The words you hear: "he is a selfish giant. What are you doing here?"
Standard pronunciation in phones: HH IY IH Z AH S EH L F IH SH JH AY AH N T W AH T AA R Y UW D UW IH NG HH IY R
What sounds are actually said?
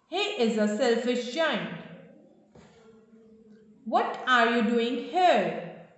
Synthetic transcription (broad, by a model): HH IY IH Z AH S EH L F IH SH CH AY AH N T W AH T AA R Y UW D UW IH NG HH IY R